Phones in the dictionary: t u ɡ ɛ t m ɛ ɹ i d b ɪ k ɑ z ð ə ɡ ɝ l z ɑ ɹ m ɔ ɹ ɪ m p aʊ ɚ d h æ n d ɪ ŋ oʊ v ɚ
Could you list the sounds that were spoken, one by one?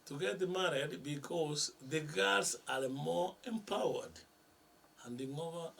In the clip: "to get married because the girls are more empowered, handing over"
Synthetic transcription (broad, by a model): t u ɡ ɛ t m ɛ ɹ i d b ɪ k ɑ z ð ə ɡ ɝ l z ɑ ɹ m ɔ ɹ ɪ m p aʊ ɚ d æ n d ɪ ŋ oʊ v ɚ